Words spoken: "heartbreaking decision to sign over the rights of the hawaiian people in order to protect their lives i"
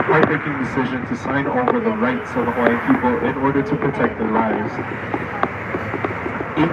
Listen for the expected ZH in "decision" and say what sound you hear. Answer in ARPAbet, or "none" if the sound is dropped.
ZH